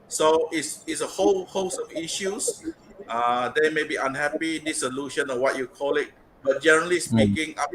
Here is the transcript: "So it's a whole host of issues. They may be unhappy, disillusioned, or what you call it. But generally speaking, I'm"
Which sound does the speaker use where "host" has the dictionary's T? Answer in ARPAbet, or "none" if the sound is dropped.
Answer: none